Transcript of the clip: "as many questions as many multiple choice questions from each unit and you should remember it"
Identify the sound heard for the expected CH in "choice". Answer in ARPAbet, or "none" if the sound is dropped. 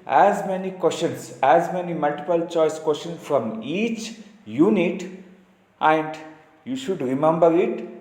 CH